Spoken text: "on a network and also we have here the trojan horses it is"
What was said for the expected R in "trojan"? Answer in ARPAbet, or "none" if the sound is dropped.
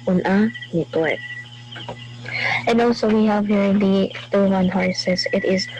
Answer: none